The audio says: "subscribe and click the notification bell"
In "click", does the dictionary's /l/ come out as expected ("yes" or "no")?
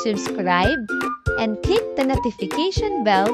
no